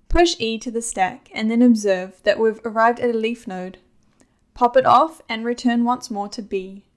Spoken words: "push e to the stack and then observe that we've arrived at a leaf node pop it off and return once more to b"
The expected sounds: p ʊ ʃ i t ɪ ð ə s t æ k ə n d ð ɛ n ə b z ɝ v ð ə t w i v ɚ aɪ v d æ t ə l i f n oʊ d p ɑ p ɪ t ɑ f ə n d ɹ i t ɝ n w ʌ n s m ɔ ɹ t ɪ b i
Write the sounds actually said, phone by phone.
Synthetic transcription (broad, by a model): p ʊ ʃ i t ɪ ð ə s t æ k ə n ð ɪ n ə b z ɝ v ð ə t w i v ɚ aɪ v d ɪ t ə l i f n oʊ d p ɑ p ɪ t ɑ f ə n ɹ i t ɝ n w ʌ n s m ɔ ɹ t ɪ b i